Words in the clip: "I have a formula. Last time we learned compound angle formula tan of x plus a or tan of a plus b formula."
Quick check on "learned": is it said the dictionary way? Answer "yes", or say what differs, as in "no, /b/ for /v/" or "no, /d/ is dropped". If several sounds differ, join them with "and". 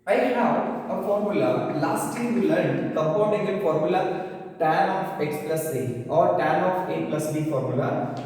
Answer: no, /n/ is dropped